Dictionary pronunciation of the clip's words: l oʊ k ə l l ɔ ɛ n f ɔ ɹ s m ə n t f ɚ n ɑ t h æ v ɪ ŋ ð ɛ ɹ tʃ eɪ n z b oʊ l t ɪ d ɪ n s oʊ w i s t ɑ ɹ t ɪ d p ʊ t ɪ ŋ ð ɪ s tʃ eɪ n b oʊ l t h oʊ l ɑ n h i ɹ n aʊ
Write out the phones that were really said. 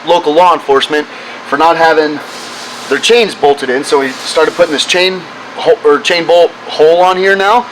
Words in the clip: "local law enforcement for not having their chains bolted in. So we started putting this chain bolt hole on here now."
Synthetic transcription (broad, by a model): l oʊ k l l ɔ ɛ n f ɔ ɹ s m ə n t f ɚ n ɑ t h æ v ɪ ŋ ð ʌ ɹ tʃ eɪ n z b oʊ l t ɪ d ɪ n s oʊ w i s t ɑ ɹ t ɪ d p ʊ t ɪ ŋ ð ɪ s tʃ eɪ n b oʊ l t h oʊ l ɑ n h i ɹ n aʊ